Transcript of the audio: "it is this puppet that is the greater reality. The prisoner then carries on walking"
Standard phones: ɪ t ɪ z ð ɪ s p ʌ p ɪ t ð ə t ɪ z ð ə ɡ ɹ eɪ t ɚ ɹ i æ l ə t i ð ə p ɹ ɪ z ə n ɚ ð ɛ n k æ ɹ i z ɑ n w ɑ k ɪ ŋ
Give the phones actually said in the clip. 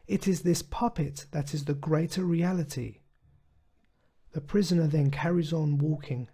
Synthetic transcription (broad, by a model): ɪ t ɪ z ð ɪ s p ʌ p ɪ t ð ə t ɪ z ð ə ɡ ɹ eɪ t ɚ ɹ i æ l ə t i ð ə p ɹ ɪ z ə n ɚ ð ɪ n k æ ɹ i z n w ɑ k ɪ ŋ